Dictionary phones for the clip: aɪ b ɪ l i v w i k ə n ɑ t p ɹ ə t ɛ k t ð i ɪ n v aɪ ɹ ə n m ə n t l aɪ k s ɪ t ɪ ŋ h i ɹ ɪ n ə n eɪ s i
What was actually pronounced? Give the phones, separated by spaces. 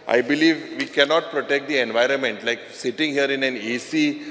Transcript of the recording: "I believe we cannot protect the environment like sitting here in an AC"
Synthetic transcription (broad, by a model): aɪ b ɪ l i v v i k ə n ɑ t p ɹ ə t ɛ k t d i ɪ n v aɪ ɹ ə n m ə n t l aɪ k s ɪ t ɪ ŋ h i ɹ ɪ n ə n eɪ s i